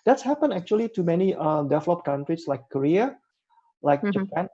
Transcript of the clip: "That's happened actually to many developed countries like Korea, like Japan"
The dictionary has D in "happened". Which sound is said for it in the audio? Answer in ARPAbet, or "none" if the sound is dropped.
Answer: none